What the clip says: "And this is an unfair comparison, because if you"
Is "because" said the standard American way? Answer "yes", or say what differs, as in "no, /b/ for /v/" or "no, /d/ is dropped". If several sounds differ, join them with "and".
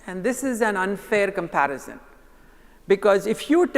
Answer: yes